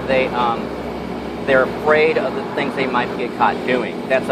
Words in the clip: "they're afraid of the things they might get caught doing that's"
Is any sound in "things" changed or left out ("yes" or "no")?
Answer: no